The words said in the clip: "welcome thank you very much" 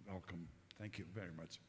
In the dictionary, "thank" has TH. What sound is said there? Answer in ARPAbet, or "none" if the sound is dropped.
TH